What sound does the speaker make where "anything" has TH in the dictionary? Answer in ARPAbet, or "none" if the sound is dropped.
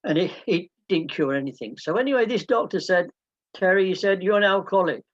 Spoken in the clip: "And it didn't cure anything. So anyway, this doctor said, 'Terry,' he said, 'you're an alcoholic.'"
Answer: TH